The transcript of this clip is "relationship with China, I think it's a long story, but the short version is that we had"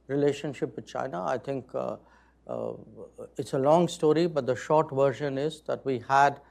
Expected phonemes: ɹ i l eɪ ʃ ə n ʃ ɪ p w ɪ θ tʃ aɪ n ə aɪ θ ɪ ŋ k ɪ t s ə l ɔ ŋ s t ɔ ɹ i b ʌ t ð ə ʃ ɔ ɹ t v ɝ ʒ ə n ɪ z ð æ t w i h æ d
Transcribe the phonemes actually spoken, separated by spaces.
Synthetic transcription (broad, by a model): ɹ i l eɪ ʃ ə n ʃ ɪ p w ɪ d tʃ aɪ n ə aɪ t ɪ ŋ k ɪ t s ə l ɔ ŋ s t ɔ ɹ i b ʌ t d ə ʃ ɔ ɹ t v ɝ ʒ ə n ɪ z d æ t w i h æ d